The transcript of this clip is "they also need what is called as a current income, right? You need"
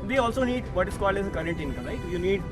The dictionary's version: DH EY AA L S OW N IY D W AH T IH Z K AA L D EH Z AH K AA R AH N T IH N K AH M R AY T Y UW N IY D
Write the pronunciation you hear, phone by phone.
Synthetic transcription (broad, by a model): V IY AA L S OW N IY D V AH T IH S K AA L EH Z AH K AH R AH N T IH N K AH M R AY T Y UW N IY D